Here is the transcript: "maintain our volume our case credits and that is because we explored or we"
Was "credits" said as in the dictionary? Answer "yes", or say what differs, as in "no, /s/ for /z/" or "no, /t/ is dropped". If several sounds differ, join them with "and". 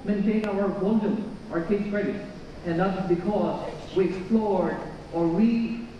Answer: no, /s/ is dropped